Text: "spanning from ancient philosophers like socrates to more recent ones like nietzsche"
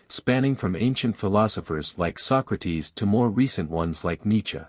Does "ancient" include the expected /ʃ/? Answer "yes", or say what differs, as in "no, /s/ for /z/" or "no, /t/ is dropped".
yes